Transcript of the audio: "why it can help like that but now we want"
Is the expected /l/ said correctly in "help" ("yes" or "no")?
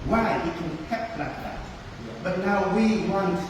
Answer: no